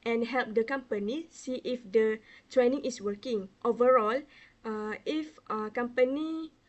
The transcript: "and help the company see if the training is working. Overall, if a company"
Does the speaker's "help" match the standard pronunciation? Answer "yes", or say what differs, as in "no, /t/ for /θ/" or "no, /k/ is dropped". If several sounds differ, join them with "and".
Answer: yes